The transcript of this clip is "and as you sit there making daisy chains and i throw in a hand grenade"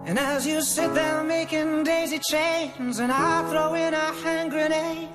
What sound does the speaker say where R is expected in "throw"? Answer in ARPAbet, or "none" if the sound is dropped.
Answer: R